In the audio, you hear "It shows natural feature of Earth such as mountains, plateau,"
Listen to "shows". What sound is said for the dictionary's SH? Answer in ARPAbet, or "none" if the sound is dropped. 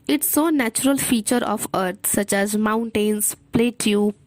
S